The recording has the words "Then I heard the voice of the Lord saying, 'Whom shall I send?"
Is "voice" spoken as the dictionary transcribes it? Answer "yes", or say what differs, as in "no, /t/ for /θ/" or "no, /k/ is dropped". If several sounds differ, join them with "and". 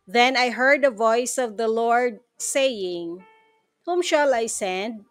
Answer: yes